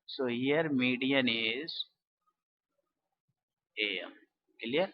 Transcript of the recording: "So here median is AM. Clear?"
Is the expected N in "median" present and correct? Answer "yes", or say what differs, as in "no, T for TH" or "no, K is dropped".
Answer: yes